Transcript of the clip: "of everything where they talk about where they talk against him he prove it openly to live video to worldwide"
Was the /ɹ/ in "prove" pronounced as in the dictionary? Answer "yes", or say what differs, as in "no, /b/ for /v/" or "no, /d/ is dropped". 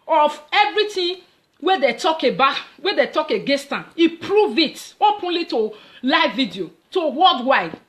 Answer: yes